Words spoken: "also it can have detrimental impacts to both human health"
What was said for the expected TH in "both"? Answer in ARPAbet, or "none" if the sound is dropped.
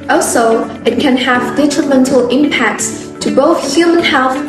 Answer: TH